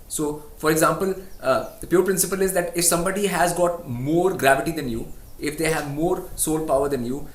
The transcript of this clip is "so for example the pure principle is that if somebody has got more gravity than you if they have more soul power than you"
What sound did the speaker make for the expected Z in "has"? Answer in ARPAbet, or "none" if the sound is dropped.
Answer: Z